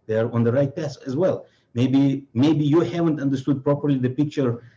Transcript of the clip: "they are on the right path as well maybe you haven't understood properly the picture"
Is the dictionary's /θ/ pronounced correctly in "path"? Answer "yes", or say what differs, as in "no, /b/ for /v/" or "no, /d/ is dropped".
no, /s/ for /θ/